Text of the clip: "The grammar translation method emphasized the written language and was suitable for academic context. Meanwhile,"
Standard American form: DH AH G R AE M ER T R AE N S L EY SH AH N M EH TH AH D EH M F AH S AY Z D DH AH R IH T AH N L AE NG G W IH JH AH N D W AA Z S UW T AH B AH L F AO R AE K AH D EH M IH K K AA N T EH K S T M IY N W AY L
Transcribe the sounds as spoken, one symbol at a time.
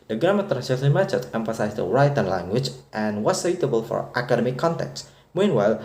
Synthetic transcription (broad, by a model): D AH G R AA M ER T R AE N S EY S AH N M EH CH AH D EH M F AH S AY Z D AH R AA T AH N L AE NG G W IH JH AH N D W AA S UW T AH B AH L F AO R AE K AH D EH M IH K K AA N T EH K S M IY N W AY L